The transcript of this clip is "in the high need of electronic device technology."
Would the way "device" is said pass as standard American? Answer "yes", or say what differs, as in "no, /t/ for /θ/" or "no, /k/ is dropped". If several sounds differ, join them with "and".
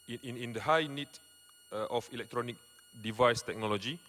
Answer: yes